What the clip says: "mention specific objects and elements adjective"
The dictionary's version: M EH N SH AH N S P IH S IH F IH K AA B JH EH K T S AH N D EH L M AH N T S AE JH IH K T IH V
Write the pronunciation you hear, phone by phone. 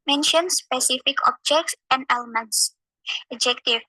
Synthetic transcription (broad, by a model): M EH N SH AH N S P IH S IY F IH K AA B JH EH K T S AH N D EH L M AH N T S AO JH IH K T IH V